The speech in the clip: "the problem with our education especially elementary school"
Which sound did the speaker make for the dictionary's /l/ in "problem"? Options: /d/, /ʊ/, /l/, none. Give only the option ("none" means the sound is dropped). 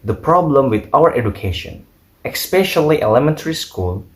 /l/